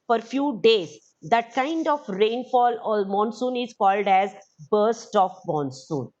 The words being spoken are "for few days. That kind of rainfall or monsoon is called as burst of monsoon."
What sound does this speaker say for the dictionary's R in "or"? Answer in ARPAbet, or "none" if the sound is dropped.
L